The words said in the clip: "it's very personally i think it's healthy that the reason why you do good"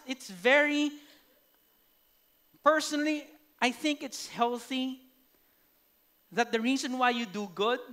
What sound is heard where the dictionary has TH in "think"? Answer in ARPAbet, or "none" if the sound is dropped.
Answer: TH